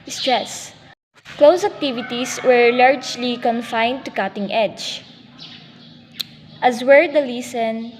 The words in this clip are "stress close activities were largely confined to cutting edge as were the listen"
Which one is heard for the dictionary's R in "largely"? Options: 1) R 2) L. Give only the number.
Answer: 1